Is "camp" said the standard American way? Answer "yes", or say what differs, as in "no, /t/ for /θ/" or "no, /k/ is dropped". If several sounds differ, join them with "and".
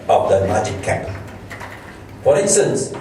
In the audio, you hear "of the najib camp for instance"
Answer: no, /m/ is dropped